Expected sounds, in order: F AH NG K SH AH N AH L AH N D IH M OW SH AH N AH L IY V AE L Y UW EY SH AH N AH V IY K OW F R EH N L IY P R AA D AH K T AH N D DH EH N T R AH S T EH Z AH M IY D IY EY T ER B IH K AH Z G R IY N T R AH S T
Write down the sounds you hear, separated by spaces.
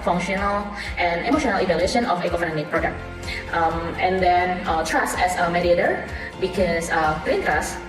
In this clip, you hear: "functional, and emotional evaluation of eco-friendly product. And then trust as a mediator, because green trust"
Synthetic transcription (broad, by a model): F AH NG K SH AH N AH L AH N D IH M OW SH AH N AH L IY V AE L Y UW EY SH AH N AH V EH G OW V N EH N IY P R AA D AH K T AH N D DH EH N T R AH S EH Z AH M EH D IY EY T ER B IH K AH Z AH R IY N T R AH S